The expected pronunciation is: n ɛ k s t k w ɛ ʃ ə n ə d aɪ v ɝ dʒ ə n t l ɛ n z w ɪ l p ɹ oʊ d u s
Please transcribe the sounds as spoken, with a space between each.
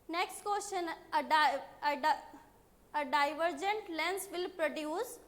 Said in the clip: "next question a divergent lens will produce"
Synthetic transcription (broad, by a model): n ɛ k s t k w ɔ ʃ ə n ə d aɪ v ɝ dʒ ə n t l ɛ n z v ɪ l p ɹ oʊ d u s